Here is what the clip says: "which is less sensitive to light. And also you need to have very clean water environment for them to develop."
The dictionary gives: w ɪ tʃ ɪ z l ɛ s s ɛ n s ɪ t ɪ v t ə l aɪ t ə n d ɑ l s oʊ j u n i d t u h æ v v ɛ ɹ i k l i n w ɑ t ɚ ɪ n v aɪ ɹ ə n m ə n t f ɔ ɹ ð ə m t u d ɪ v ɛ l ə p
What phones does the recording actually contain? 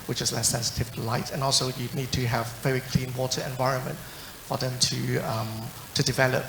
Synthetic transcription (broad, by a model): w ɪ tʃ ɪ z l ɛ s s ɛ n s ɪ t ɪ v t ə l aɪ t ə n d ɑ l s oʊ j u n i d t u h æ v v ɛ ɹ i k l i n w ɑ t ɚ ɪ n v aɪ ɹ ə n m ə n t f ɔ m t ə m t u d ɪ v ɛ l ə p